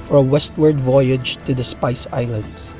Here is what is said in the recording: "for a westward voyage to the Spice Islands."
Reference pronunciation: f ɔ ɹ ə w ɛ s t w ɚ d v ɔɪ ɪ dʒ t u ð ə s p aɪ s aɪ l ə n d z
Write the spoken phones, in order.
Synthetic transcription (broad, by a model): f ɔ ɹ ə w ɛ s t w ɚ d v ɔɪ ɪ dʒ t u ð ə s p aɪ s aɪ l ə n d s